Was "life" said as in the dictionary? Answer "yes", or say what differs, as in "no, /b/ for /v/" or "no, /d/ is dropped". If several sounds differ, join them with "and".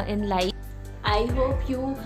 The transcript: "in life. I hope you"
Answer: no, /f/ is dropped